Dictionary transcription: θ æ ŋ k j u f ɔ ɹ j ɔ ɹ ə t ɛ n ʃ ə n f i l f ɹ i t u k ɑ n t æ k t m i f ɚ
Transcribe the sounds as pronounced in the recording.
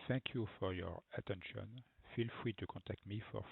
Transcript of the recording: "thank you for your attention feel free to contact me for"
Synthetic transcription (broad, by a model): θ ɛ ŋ k j u f ɔ ɹ j ɔ ɹ ə t ɛ n ʃ ə n f i l f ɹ i t u k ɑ t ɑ k t m i f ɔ